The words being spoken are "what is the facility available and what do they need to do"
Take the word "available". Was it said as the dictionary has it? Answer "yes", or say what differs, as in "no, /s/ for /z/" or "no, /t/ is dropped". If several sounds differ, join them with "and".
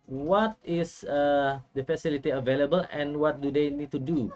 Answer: yes